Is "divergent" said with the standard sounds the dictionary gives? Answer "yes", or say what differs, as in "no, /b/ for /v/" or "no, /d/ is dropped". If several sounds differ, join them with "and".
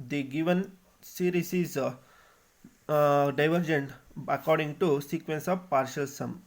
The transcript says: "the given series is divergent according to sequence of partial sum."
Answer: yes